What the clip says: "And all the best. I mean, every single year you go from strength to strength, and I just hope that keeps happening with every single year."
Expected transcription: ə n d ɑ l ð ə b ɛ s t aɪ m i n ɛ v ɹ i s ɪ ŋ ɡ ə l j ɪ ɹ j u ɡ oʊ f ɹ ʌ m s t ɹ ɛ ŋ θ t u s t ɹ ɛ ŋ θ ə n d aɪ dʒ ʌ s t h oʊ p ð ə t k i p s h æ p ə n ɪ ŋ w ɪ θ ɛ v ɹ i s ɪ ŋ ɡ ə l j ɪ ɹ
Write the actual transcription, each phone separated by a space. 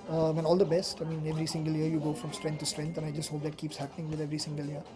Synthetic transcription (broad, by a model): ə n ɑ l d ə b ɛ s t aɪ m i n ɛ v ɹ i s ɪ ŋ ɡ ə l j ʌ ɹ j u ɡ oʊ f ɹ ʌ m s t ɹ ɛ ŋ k t u s t ɹ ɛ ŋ t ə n aɪ dʒ ʌ s t h oʊ p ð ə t k i p s h æ p ə n ɪ ŋ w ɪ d ɛ v ɹ i s ɪ ŋ ɡ ə l j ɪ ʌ